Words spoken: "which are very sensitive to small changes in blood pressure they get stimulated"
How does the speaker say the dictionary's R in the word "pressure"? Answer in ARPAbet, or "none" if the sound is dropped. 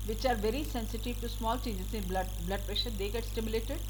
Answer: R